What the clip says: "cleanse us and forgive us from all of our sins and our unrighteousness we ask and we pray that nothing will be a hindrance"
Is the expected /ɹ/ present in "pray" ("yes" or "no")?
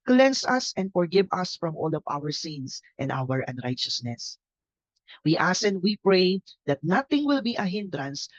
yes